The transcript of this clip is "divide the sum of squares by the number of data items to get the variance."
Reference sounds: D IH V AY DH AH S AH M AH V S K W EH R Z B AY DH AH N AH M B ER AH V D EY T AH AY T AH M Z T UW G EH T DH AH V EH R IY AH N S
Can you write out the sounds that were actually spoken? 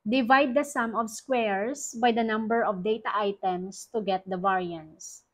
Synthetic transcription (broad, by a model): D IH V AY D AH S AH M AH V S K W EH R S B AY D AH N AH M B ER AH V D EY T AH AY T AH M S T UW G EH T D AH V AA R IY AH N S